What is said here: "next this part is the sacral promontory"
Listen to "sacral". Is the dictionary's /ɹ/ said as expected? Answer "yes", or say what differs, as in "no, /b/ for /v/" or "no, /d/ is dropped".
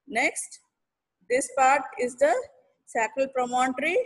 no, /ɹ/ is dropped